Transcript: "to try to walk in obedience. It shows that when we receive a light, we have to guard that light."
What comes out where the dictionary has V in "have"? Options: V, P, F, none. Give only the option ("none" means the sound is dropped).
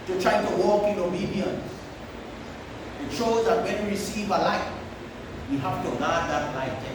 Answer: F